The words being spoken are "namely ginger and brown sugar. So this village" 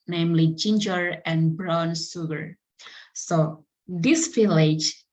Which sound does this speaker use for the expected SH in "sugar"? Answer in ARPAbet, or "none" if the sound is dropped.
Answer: S